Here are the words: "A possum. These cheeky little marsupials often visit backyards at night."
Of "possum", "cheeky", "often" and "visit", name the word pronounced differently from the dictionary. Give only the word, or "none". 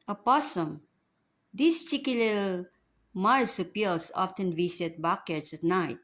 visit